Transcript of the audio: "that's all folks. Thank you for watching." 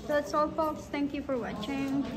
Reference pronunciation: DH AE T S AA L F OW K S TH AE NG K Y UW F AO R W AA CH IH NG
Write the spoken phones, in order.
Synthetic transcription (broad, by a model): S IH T S AA L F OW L S T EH NG K Y UW F AO R W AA CH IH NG